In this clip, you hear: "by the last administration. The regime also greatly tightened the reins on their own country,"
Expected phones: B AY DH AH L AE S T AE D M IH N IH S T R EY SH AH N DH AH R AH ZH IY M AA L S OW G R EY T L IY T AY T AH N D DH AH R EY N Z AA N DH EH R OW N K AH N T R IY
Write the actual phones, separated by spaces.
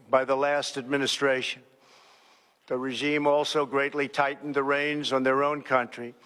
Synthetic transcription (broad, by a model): B AY DH AH L AE S T AE D M IH N IH S T R EY SH AH N DH AH R AH ZH IY M AA L S OW G R EY T L IY T AY T N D DH AH R EY N Z N DH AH R OW N K AH N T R IY